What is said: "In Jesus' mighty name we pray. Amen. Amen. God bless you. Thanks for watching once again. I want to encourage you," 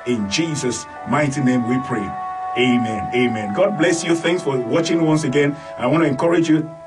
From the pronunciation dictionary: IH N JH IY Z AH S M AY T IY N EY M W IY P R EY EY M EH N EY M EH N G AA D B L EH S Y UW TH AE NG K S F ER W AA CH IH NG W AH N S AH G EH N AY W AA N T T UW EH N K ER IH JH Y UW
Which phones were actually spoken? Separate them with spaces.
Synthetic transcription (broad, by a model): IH N JH IY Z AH S M AY T IY N EY M W IY P R EY EY M EH N EY M EH N G AA D B L EH S Y UW TH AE NG K S F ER W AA CH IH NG W AH N S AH G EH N AY W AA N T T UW EH N K ER IH JH Y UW